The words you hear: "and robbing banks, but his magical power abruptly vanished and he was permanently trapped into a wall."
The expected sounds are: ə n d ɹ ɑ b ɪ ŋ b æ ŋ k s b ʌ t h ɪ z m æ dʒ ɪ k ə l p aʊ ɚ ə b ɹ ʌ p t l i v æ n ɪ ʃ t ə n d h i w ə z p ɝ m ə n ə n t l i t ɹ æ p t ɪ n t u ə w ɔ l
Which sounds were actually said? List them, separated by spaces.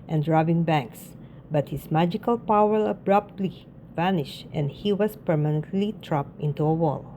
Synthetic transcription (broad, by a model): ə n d ɹ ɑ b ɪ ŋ b æ ŋ k s b ʌ t h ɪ s m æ dʒ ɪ k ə l p aʊ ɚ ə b ɹ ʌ p t l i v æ n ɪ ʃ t ə n d h i w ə s p ɝ m ə n ə n t l i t ɹ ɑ p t ɪ n t u ə w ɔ l